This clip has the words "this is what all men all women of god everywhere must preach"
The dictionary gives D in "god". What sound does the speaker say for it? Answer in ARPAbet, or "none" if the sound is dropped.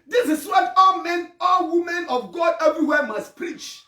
D